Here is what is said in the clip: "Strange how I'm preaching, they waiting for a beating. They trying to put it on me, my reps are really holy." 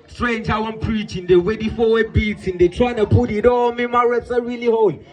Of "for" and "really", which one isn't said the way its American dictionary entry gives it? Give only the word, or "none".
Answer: for